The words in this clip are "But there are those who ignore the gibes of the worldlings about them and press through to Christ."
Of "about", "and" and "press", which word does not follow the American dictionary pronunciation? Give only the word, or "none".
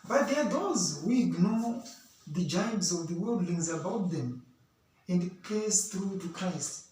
press